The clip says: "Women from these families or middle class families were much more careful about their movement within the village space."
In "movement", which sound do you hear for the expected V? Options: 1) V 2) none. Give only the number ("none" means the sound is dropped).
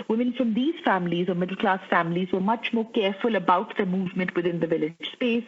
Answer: 1